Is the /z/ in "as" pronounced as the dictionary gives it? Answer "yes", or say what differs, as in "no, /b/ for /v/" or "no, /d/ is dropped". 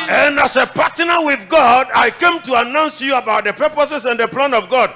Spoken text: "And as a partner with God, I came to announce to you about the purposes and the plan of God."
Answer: no, /s/ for /z/